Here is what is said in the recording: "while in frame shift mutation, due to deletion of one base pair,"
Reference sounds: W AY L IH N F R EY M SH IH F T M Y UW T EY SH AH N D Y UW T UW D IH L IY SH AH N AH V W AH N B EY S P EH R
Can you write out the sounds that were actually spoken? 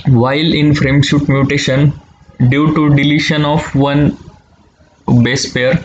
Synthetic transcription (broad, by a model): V AY L IH N F R EY M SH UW T M Y UW T EY SH AH N D Y UW T UW D IH L IY SH AH N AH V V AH N B EY S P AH R